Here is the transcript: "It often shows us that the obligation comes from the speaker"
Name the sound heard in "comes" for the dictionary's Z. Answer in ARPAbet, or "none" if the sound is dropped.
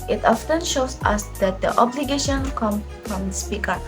none